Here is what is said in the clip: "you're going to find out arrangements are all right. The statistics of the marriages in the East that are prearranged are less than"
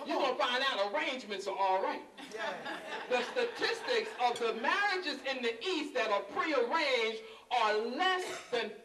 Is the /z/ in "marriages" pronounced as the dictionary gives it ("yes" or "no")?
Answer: yes